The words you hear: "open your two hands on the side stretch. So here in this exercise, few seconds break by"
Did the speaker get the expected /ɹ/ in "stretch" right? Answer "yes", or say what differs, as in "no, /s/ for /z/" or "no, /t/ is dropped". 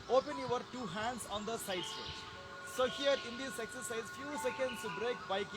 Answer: no, /ɹ/ is dropped